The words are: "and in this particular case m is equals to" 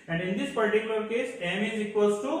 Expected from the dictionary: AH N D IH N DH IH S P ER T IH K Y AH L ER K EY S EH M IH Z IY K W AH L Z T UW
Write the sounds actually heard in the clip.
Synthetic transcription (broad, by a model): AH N D IH N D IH S P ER T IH K Y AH L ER K EY S EH M IH Z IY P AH Z T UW